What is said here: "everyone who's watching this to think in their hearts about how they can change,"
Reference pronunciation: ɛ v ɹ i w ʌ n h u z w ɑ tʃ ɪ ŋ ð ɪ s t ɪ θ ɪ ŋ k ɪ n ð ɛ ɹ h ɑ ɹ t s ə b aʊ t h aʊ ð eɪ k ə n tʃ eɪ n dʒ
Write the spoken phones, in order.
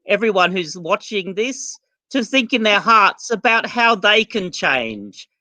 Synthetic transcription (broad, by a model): ɛ v ɹ i w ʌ n h u z w ɑ tʃ ɪ ŋ ð ɪ s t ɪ θ ɪ ŋ k ɪ n ð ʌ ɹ h ɑ ɹ t s ə b aʊ t h aʊ ð eɪ k ə n tʃ eɪ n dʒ